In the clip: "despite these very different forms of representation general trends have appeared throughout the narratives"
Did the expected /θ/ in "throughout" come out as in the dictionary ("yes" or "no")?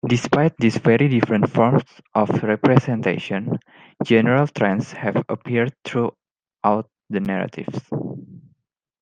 no